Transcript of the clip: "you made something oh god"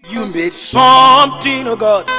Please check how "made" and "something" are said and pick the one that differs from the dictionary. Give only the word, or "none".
something